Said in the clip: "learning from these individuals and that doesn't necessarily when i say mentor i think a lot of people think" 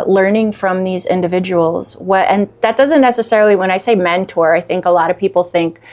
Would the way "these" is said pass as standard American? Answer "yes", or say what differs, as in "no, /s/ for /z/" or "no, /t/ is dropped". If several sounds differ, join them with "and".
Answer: yes